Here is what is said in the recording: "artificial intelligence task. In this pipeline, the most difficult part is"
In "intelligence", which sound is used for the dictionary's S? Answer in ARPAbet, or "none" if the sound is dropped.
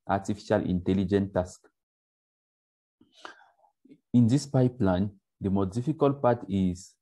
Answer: none